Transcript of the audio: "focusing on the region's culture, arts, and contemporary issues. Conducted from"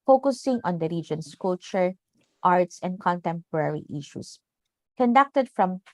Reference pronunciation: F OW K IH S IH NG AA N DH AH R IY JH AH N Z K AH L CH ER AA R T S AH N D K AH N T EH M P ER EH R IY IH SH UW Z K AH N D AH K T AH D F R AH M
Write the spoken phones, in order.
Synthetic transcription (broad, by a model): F OW K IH S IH NG AA N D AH R IY JH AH N S K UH L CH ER AA R T S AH N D K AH N T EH M P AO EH R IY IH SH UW S K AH N D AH K T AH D F R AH M